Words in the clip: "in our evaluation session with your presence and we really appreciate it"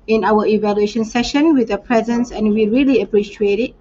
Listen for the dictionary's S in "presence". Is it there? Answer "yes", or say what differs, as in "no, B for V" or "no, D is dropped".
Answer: yes